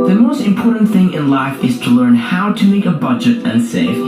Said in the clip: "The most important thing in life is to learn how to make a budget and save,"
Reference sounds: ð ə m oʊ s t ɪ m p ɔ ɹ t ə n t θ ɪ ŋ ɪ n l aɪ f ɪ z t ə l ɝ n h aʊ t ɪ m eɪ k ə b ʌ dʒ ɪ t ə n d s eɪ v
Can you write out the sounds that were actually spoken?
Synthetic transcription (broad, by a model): ð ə m oʊ s t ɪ m p ɔ ɹ t n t θ ɪ ŋ ɪ n l aɪ f ɪ z t ə l ɝ n h aʊ t ɪ m eɪ k ə b ʌ dʒ ɪ t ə n s eɪ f